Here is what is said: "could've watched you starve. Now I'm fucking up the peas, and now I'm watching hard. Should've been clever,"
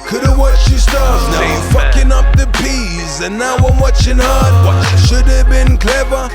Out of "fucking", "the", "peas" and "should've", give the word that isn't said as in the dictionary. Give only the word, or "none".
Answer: none